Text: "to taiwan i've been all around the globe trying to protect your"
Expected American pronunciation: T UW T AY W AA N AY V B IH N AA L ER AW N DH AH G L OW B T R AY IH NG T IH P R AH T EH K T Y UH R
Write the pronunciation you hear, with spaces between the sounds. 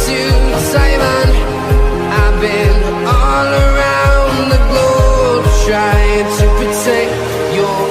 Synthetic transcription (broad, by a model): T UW S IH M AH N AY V B IH N AA L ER AW N DH AH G L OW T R AY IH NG T IH P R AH T EH K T Y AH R